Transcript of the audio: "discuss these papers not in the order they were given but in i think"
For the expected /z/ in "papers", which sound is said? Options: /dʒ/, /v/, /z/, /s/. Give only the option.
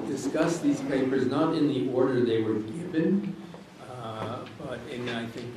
/z/